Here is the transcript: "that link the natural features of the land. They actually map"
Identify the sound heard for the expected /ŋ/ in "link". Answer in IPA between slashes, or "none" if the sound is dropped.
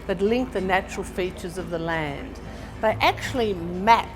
/ŋ/